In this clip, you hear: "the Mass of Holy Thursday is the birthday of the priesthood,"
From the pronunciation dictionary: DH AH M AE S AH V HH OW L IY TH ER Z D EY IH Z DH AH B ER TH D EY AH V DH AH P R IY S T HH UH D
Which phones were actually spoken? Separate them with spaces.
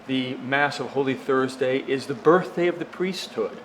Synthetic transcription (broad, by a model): DH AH M AE S AH V HH OW L IY TH ER Z D EY IH Z DH AH B ER TH D EY AH V DH AH P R IY S T HH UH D